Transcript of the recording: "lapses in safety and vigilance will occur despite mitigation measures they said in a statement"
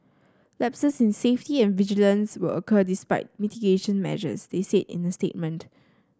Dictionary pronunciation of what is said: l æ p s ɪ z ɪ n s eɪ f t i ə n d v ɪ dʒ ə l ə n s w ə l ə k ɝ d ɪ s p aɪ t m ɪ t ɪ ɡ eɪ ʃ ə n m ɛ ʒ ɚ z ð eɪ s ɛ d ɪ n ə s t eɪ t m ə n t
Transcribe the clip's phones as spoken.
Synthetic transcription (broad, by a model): l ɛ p s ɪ s ɪ n s eɪ f t i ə n v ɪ dʒ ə l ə n s w ə l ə k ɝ d ɪ s p aɪ t m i t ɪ ɡ eɪ ʃ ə n m ɛ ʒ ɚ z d eɪ s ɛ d ɪ n ə s t eɪ t m ə n t